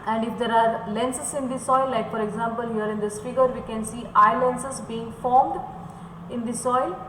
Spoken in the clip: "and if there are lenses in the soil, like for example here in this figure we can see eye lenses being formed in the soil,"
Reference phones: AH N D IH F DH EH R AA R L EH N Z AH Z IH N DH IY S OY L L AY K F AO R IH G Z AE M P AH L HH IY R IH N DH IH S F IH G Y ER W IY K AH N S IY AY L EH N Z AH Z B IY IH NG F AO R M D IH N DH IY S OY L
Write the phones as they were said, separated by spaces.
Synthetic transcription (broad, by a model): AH N D IH F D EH R AA R L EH N S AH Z IH N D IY S OY L L AY K F AO R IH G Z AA M P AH L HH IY R IH N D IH S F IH G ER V IY K AH N S IY AY L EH N S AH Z B IY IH NG F AO R M D IH N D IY S OY L